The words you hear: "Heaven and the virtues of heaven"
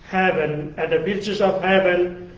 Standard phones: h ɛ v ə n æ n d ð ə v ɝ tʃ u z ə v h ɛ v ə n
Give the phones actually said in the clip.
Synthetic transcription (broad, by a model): h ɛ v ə n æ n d ð ə b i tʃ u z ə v h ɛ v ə n